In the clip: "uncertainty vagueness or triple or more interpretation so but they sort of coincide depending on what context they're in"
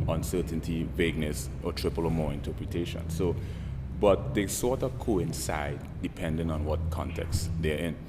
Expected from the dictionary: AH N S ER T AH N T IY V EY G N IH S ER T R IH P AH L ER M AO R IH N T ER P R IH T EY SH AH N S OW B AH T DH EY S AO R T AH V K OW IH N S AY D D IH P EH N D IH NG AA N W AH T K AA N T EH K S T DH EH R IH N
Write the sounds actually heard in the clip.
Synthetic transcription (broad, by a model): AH N S ER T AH N T IY V EY G N IH S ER T R IH P AH L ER M AO R IH N T ER P R IH T EY SH AH N S OW B AH T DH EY S AO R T AH V K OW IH N S AY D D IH P EH N D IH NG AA N W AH T K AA N T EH K S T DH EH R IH N